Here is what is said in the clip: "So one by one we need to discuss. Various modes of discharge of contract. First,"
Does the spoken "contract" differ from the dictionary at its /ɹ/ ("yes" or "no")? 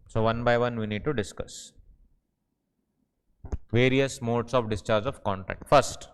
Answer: yes